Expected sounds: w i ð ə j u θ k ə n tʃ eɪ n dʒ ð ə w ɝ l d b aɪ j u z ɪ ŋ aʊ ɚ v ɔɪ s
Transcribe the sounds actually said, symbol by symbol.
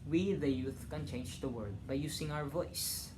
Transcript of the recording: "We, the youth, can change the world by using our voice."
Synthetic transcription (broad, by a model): w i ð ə j u θ k ə n tʃ eɪ n dʒ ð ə w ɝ d b aɪ j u s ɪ ŋ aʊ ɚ v ɔɪ s